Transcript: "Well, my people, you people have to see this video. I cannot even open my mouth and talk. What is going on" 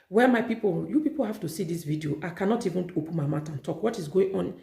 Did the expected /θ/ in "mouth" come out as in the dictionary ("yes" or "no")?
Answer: no